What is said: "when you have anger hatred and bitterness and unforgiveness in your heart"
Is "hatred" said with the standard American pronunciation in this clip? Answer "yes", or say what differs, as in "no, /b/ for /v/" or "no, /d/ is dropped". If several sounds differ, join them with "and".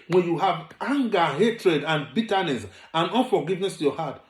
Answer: yes